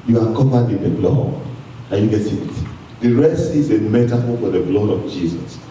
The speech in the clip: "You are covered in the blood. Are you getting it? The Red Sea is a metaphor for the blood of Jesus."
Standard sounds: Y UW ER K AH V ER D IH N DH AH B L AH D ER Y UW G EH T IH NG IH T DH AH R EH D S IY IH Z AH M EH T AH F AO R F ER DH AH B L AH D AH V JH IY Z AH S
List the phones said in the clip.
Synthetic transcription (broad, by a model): Y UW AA K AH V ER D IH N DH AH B L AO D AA Y UW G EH T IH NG IH T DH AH R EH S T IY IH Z AH M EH T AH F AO L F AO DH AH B L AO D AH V JH IY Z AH S